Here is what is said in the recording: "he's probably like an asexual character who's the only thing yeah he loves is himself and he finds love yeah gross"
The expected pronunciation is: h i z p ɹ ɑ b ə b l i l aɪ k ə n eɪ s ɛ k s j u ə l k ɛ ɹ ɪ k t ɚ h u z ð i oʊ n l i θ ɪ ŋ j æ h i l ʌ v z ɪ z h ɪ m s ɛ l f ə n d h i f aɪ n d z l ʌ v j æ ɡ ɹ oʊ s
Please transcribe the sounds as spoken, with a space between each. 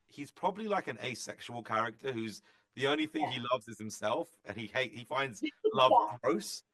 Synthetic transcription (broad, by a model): h i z p ɹ ɑ b ə b l i l aɪ k ə n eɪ s ɛ k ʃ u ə l k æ ɹ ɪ k t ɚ h u z ð i oʊ n l i θ ɪ ŋ i l ʌ v z ɪ z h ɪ m s ɛ l f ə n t h i f aɪ n d z l ʌ v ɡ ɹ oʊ s